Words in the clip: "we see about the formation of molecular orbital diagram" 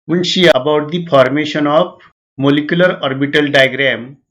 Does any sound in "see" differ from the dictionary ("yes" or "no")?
yes